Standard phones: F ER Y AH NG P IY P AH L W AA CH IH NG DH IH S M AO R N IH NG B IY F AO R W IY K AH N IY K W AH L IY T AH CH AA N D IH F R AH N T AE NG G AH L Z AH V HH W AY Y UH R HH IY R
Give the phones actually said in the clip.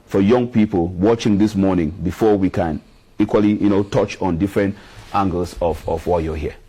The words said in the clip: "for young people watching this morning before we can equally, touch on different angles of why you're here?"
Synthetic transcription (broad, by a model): F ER Y AH NG P IY P AH L W AA CH IH NG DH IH S M AO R N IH NG B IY F AO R W IY K AH N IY K W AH L IY T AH CH AA N D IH F R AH N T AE NG G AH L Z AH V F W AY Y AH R HH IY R